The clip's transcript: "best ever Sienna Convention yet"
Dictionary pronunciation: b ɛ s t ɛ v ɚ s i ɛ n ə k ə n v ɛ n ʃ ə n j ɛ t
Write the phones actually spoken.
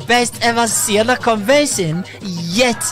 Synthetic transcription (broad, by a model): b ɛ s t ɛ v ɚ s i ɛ l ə k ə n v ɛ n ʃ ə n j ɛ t